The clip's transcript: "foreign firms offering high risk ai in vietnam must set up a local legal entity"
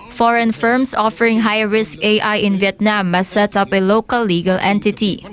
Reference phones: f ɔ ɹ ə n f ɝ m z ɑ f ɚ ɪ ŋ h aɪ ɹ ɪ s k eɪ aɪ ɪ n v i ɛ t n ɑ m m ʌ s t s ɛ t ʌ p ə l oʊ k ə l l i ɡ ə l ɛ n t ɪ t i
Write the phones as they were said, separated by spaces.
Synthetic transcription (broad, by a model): f ɔ ɹ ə n f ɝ m s ɑ f ɚ ɪ ŋ h aɪ ɹ ɪ s k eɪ aɪ ɪ n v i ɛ t n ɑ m m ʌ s s ɛ t ʌ p ə l oʊ k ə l l i ɡ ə l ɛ n t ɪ t i